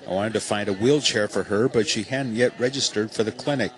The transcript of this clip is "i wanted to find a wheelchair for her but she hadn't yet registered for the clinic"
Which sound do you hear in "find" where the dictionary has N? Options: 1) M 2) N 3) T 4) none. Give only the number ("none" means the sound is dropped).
2